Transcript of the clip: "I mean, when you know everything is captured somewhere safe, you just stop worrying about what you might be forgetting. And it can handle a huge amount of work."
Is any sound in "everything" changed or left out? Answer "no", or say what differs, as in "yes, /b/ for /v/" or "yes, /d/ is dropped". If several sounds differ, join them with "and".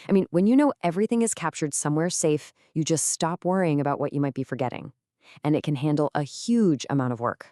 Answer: no